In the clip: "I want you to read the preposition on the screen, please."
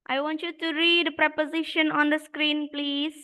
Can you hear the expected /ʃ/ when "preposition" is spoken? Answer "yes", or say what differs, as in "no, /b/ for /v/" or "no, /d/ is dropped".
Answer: yes